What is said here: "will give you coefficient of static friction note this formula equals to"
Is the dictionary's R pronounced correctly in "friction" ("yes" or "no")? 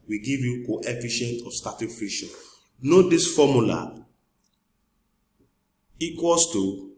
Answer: no